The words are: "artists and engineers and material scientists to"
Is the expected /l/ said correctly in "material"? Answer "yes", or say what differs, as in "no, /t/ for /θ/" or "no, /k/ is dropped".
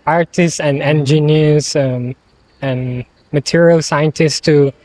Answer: yes